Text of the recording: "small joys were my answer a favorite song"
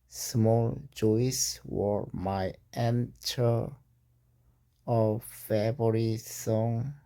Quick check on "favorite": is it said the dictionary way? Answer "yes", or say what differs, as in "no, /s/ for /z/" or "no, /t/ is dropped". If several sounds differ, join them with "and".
no, /b/ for /v/